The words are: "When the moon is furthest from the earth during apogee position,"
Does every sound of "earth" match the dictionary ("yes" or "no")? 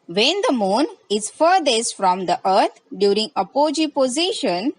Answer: no